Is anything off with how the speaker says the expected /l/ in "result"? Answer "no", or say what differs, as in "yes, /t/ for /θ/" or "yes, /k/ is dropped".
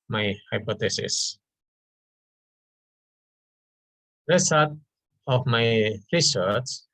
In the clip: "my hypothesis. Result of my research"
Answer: yes, /l/ is dropped